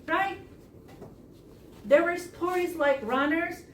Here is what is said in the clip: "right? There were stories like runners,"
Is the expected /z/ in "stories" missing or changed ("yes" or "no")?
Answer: no